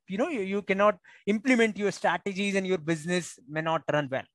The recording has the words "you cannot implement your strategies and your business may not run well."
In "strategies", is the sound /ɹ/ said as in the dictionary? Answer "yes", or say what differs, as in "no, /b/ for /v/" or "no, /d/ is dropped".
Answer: yes